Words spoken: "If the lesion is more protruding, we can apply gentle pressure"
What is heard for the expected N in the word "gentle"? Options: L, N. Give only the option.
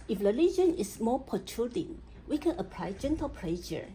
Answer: N